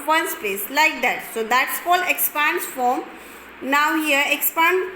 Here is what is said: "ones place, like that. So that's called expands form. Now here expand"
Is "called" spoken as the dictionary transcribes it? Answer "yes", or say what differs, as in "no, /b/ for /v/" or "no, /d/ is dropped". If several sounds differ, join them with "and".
no, /d/ is dropped